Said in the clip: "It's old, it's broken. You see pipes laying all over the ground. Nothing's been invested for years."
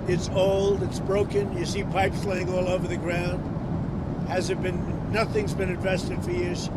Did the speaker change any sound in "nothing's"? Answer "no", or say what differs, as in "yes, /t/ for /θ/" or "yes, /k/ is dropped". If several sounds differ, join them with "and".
no